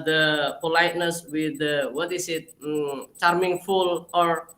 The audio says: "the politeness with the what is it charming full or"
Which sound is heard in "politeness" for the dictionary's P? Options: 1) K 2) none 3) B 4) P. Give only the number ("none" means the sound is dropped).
4